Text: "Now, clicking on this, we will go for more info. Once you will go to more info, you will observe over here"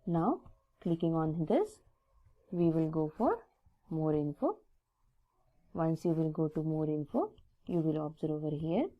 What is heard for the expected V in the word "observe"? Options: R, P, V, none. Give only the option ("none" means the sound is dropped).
none